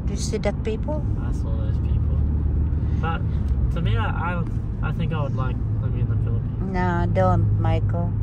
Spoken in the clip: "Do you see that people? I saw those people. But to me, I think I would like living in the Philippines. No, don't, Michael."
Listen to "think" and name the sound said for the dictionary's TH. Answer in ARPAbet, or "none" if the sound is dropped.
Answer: TH